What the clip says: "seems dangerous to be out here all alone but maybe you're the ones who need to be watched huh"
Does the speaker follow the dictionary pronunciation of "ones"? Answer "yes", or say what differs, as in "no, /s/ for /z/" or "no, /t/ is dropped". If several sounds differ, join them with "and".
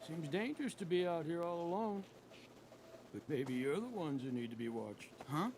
yes